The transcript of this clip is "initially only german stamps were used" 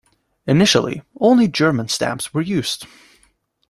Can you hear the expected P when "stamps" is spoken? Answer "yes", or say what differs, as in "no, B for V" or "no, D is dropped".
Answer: yes